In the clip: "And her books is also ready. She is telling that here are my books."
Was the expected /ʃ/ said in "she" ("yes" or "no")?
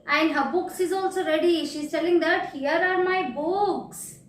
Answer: yes